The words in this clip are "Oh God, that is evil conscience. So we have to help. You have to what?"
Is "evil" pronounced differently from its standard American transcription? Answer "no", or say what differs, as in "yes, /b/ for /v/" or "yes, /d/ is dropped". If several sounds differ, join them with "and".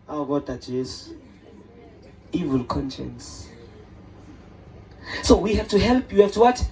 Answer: no